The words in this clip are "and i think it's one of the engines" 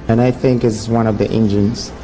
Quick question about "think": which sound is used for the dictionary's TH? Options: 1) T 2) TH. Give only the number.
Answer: 2